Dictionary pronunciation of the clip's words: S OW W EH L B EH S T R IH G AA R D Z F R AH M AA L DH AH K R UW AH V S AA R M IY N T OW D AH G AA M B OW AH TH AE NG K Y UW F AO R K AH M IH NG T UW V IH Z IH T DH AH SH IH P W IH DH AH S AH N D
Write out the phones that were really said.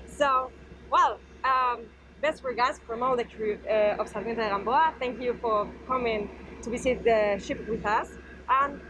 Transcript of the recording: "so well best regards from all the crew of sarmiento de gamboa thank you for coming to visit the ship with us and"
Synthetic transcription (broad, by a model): S OW W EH L B EH S T W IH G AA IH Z F R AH M AA L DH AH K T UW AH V S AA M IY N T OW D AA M B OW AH TH AE NG K Y UW F AO R K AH M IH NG T UW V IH S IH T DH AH SH IH P W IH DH AH S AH N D